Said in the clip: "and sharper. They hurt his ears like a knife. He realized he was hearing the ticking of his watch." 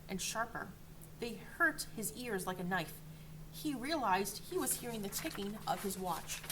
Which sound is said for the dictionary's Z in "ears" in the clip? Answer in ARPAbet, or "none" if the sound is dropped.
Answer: Z